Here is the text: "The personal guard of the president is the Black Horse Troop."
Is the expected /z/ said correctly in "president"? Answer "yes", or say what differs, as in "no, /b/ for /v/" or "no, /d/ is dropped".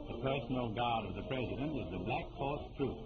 yes